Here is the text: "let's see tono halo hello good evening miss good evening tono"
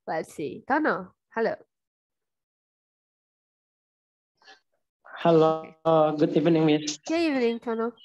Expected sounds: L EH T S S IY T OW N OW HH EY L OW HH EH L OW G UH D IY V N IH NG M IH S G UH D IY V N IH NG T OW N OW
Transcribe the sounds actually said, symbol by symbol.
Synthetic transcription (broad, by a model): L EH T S S IY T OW N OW HH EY L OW HH EH L OW G UH D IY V N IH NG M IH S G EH IY V N IH NG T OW N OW